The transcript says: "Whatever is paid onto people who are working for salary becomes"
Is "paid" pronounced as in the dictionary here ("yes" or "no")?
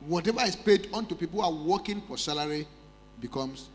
yes